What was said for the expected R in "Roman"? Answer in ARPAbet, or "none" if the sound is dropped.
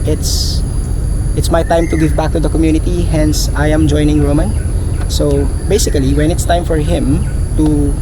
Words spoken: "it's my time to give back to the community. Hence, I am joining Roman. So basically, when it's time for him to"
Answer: R